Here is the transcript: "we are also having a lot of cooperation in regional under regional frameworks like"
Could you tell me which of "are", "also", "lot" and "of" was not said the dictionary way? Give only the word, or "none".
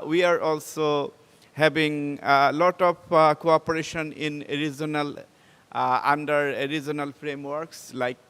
of